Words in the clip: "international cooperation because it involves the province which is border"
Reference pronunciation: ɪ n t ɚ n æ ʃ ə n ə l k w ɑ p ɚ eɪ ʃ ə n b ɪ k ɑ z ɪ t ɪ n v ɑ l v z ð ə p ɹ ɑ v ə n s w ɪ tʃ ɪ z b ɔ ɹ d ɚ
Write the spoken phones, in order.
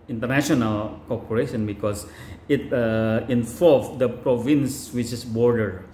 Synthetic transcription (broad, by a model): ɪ n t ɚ n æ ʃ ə n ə l k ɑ p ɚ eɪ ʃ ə n b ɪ k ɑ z ɪ t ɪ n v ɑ l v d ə p ɹ ɑ v ə n s w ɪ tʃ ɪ s b ɔ ɹ d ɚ